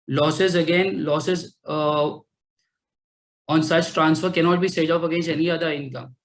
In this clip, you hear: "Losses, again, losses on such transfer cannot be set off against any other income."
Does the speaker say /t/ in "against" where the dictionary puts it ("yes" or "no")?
no